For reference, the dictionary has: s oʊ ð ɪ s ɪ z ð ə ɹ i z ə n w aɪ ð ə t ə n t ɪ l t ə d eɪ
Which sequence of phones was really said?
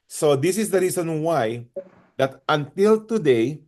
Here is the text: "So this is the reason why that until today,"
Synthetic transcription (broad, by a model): s oʊ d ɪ s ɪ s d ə ɹ i s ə n w aɪ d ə t ə n t ɪ l t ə d eɪ